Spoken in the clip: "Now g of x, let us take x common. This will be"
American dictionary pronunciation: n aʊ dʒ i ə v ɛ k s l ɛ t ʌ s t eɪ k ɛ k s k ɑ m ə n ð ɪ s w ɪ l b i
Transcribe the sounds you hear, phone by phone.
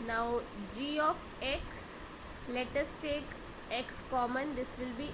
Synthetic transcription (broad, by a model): n aʊ dʒ i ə f ɛ k s l ɛ t ʌ s t eɪ k ɛ k s k ɑ m ə n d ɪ s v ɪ l b i